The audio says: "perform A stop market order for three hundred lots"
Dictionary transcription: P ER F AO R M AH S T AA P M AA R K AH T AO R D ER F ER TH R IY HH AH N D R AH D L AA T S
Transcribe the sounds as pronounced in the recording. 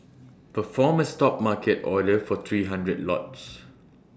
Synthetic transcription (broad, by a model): P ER F AO M AH S T AA P M AA K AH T AO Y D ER F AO T R IY HH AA N D R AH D L AA T S